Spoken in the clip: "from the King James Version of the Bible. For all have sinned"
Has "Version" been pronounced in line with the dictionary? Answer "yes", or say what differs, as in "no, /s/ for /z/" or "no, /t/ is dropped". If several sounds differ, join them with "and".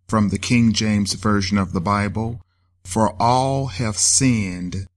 yes